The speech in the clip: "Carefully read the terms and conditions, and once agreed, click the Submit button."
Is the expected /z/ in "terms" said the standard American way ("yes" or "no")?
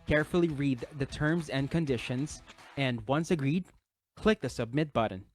yes